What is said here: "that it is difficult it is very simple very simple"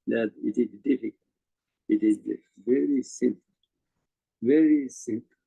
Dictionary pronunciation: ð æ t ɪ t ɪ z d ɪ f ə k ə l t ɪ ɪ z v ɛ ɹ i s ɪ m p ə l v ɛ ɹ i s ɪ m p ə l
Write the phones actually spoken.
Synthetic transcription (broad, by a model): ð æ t ɪ t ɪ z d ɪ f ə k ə t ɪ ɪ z v ɛ ɹ i s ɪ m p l v ɛ ɹ i s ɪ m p